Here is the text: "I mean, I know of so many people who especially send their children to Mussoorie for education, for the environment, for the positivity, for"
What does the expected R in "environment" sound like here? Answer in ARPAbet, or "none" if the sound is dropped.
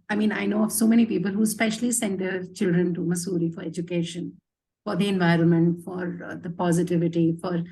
R